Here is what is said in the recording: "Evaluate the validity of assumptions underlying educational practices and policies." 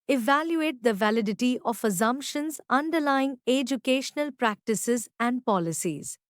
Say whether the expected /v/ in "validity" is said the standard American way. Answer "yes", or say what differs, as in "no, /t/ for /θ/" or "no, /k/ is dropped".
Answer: yes